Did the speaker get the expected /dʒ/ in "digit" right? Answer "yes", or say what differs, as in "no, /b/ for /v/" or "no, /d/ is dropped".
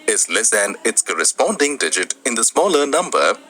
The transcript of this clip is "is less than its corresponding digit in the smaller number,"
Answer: yes